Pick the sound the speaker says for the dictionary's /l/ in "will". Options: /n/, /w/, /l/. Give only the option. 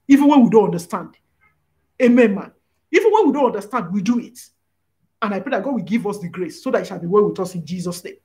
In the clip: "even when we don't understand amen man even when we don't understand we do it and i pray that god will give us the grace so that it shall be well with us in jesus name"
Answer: /l/